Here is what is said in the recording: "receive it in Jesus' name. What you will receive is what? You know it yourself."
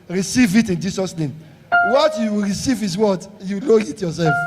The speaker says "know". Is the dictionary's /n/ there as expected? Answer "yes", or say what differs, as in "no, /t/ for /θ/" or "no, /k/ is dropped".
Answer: no, /l/ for /n/